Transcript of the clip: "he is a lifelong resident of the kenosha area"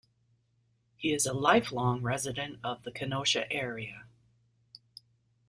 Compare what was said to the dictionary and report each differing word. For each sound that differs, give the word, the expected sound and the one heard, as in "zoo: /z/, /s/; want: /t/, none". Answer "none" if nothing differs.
none